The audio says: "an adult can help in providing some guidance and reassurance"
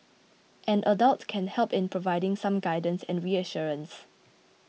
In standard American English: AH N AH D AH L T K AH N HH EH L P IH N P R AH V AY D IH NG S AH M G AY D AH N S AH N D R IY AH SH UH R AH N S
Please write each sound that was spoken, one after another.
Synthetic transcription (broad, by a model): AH N AH D AH L T K AH N HH EH L P IH N P R AH V AY D IH NG S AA M G AY D AH N S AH N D R IY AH SH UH R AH N S